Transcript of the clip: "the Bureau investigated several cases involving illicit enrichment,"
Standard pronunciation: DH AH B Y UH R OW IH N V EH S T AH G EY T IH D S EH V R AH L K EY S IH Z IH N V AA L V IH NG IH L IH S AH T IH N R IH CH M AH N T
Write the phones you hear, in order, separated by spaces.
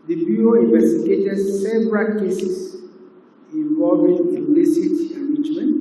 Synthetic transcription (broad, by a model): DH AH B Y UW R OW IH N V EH S T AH G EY T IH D S EH V R AH L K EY S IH S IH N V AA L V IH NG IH N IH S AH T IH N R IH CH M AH N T